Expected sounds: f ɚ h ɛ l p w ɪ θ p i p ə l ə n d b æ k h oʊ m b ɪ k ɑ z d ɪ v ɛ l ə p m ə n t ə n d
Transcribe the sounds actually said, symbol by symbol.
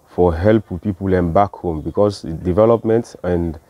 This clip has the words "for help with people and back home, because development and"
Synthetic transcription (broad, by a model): f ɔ h ɛ l p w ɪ p i p ə l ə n b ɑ k h oʊ m b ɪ k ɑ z d ɪ v ɛ l ə p m ə n t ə n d